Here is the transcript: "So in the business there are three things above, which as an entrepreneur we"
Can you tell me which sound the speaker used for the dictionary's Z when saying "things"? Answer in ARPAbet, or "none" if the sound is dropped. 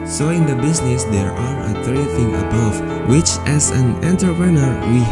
none